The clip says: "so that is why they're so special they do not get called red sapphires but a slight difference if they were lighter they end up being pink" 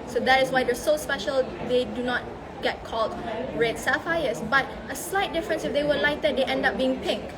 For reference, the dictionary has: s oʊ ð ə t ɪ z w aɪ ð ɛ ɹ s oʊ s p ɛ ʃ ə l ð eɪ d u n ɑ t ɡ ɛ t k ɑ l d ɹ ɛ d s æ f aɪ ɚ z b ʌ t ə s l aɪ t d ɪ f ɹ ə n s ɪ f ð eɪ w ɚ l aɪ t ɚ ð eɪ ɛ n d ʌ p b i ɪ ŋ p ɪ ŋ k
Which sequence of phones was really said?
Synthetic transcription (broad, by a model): s oʊ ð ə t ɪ s w aɪ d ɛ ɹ s oʊ s p ɛ ʃ ə l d eɪ d u n ɑ t ɡ ɛ t k ɑ l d ɹ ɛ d s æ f aɪ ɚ s b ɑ t ə s l aɪ t d ɪ f ɹ ə n s ɪ f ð eɪ w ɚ l aɪ t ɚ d eɪ ɛ n d ʌ p b i ɪ ŋ p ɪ ŋ k